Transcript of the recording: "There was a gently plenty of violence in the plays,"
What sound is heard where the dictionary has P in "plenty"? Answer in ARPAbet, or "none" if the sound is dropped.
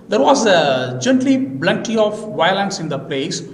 B